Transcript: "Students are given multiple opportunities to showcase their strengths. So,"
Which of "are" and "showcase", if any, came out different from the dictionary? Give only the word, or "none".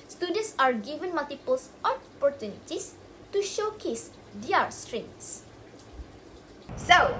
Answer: none